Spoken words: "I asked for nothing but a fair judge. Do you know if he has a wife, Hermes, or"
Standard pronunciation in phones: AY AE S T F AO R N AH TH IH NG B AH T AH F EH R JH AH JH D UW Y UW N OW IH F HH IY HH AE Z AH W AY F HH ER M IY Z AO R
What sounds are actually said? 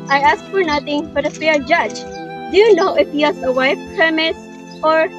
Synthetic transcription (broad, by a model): AY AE S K F AO R N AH T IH NG B AH T AH F EH R JH AH JH D UW Y UW N OW IH F HH IY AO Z AH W AY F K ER M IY S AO R